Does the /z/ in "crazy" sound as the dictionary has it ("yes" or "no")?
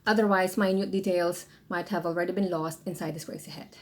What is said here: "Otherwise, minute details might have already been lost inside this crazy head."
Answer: no